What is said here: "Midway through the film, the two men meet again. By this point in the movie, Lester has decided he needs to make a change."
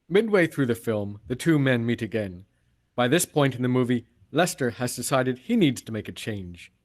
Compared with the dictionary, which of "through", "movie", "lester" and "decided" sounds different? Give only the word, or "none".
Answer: none